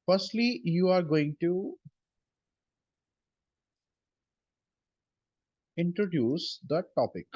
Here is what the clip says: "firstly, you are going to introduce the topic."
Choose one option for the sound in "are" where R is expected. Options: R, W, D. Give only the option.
R